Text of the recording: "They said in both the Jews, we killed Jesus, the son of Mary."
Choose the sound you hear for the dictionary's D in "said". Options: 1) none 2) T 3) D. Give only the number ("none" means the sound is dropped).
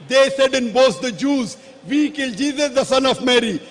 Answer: 3